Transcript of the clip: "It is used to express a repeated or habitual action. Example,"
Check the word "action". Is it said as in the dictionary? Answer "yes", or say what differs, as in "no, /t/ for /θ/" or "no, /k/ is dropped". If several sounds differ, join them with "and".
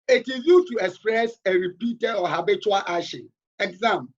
no, /k/ is dropped